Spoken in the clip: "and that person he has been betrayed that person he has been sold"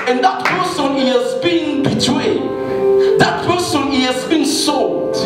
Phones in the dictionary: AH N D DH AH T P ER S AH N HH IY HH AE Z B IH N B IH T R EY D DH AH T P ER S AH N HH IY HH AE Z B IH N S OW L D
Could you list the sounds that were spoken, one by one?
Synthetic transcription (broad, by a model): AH N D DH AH T P ER S AH N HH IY HH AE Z B IH N B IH T W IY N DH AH T P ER S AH N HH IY HH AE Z B IH N S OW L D